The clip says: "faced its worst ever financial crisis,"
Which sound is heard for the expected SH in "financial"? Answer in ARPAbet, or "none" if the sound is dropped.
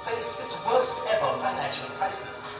SH